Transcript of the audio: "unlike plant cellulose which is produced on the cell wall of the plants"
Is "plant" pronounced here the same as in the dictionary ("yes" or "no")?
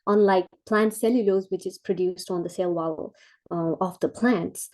yes